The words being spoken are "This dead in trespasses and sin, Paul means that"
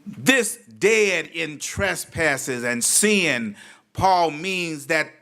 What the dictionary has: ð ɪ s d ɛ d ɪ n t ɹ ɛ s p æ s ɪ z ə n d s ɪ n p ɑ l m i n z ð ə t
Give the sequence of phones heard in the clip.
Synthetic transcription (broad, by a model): ð ɪ s d ɛ d ɪ n t ɹ ɛ s p æ s ɪ z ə n s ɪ n p ɑ l m i n z ð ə t